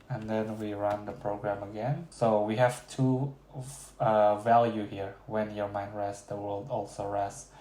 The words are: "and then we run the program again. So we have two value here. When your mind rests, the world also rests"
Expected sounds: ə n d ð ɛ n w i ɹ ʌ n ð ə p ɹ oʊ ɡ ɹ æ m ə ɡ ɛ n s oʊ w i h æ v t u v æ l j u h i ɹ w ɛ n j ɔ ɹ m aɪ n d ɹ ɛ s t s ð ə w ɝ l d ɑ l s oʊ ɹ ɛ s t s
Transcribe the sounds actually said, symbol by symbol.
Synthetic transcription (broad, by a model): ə n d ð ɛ n w i ɹ ʌ n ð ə p ɹ oʊ ɡ ɹ æ m ə ɡ ɛ n s oʊ w i h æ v t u v æ l j u h i ɹ w ɛ n j ɔ ɹ m aɪ n d ɹ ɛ s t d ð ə w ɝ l d ɑ l s oʊ ɹ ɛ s s